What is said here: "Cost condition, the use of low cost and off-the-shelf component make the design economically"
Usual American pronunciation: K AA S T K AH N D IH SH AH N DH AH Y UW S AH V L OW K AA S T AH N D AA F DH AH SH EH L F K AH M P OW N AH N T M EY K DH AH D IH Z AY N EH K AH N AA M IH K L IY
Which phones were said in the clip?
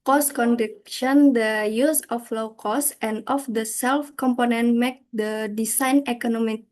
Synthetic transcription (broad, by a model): K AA S K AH N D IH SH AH N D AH Y UW S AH F L OW K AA S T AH N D AA F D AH S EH L F K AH M P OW N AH N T M EY K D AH D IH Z AY N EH K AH N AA M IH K